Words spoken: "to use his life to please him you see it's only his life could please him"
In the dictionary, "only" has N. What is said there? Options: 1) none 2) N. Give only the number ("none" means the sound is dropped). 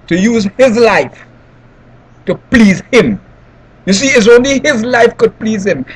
2